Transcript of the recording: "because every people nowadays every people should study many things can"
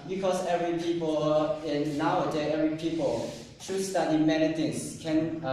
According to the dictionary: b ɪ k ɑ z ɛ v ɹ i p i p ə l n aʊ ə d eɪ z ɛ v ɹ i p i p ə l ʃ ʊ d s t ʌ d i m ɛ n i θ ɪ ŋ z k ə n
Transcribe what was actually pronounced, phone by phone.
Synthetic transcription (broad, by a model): b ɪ k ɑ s ɛ v ɹ i p i p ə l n aʊ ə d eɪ ɛ v ɹ i p i p ə l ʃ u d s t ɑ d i m ɛ n i t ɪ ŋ s k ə n